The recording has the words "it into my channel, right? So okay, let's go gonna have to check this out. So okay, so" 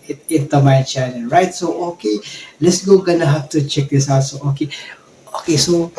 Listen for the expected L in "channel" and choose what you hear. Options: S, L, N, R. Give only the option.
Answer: N